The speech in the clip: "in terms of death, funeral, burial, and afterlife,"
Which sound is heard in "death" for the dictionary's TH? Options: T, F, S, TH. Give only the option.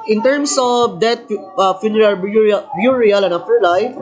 T